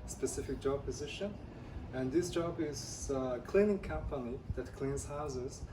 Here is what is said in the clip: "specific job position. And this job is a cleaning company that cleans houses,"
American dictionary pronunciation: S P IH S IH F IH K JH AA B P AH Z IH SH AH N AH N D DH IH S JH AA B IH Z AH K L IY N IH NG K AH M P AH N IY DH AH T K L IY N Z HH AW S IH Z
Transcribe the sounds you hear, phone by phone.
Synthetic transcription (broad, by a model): S P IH S IH F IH K JH AA B P AH Z IH SH AH N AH N DH IH S JH AA B IH Z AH K L IY N IH NG K AH M P AH N IY DH AH T K L IY N Z HH AW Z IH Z